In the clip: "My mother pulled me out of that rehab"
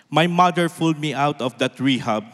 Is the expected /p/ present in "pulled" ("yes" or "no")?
no